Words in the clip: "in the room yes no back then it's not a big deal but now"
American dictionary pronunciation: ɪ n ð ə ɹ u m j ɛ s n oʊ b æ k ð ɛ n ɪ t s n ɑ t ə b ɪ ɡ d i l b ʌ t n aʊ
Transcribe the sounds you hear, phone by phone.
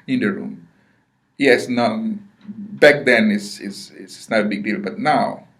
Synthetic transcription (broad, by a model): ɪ n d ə ɹ u m j ɛ s n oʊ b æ k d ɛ n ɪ s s n ɑ t ə b ɪ ɡ d i l b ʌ t n aʊ